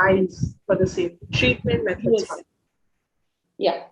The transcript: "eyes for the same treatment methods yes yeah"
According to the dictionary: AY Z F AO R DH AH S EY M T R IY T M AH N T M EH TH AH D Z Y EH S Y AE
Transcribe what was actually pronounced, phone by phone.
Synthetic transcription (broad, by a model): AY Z F AO R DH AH S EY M T R IY T M AH N T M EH T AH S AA Y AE